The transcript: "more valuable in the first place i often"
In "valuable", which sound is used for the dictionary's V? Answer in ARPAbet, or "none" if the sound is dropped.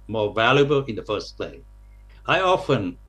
V